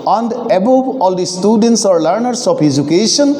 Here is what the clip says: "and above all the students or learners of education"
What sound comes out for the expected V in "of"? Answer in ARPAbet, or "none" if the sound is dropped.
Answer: P